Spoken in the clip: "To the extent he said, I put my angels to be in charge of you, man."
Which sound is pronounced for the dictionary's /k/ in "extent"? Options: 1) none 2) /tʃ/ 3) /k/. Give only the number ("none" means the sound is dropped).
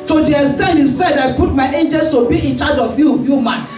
1